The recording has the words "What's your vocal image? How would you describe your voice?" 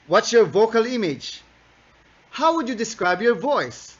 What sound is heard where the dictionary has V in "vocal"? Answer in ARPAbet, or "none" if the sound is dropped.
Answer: V